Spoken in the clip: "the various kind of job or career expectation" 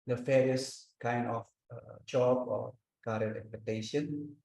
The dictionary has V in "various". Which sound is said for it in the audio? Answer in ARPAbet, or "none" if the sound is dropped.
F